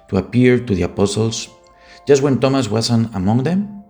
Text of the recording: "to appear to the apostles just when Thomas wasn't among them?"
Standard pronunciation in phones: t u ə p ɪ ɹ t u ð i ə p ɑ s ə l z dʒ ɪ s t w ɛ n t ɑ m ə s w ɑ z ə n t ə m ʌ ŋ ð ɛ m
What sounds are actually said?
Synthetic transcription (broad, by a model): t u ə p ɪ ɹ t u ð i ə p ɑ s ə l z dʒ ɪ s t w ɛ n t ɑ m ə s w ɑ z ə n ə m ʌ ŋ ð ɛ m